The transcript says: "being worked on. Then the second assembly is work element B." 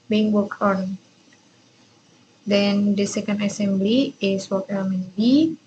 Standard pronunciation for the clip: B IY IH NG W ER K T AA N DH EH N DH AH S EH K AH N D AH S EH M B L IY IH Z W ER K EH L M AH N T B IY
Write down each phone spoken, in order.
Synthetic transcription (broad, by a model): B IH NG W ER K AA N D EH N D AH S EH K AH N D AH S EH M B L IY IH S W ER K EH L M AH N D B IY